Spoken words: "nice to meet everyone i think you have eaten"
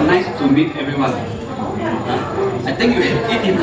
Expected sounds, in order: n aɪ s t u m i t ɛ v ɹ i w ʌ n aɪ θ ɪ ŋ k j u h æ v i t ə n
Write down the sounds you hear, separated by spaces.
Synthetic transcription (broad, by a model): n aɪ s t u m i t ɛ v ɹ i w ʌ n aɪ t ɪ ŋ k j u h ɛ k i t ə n